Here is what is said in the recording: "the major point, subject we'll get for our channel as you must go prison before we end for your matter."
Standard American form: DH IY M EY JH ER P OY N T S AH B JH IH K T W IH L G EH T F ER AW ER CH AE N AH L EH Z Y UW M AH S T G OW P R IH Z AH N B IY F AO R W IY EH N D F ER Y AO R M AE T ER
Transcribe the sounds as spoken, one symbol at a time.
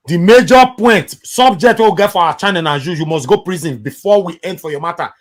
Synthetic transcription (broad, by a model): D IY M EY JH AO P OY N T S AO B JH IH K T W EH W G EH T F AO AW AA CH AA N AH N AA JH Y UW M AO S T G OW P R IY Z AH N B IY F AO W IY EH N D F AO Y AO M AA T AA